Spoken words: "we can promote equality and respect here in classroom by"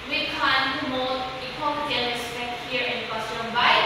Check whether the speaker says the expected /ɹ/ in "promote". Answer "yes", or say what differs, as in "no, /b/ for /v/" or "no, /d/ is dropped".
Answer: no, /ɹ/ is dropped